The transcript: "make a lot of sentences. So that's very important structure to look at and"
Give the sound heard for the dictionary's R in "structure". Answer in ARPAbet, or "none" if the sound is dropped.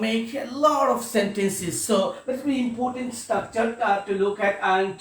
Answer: none